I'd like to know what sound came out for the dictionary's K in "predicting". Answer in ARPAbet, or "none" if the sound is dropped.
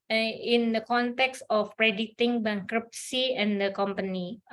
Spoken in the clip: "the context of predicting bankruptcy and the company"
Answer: none